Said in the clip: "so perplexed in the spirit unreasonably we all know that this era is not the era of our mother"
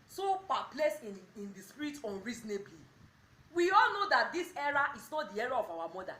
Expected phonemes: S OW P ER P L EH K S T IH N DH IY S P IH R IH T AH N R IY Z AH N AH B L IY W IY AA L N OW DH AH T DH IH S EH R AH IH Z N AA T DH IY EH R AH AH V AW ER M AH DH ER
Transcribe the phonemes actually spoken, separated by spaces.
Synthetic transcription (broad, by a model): S OW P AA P L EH S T IH N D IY S P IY R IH T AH N R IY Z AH N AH B L IY W IY AA L N OW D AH T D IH S EH R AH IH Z N AA T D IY EH R AH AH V AW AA M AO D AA